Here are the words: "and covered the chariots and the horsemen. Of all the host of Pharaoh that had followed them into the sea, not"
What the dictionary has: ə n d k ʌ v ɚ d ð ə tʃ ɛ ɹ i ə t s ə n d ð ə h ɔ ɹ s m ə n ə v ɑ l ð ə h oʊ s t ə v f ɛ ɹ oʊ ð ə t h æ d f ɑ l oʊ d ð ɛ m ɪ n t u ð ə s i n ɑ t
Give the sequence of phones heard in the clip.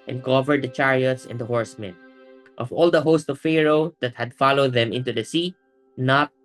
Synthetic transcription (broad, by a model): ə n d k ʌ v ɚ d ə tʃ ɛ ɹ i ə t s ə n d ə h ɔ ɹ s m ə n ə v ɑ l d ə h oʊ s t ə v f ɛ ɹ oʊ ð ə t h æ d f ɑ l oʊ d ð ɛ m ɪ n t u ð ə s i n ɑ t